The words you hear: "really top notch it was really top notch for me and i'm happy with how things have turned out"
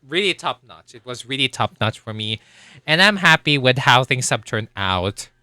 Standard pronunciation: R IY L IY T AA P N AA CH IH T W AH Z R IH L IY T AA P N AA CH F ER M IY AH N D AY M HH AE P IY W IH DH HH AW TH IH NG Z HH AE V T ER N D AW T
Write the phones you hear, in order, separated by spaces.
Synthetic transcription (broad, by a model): R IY L IY T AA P N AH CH IH T W AH Z R IH L IY T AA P N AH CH F ER M IY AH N AY M HH AE P IY W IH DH HH AW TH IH NG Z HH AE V T ER N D AW T